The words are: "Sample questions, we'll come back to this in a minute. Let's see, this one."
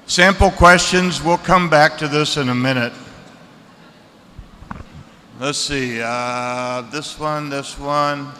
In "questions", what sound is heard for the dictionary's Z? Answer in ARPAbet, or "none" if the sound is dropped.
Z